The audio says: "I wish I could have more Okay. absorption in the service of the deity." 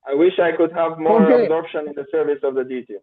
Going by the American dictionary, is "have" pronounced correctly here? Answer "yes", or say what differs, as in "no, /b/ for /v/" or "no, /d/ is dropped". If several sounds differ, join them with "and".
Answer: yes